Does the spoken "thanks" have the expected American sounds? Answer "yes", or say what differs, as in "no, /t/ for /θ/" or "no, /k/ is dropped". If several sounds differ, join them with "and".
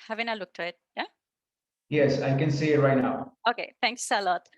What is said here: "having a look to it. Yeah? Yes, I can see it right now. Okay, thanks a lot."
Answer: no, /t/ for /θ/